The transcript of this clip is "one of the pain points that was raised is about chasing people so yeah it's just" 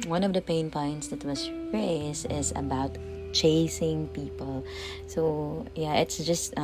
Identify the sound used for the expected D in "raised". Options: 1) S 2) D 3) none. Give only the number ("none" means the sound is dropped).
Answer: 3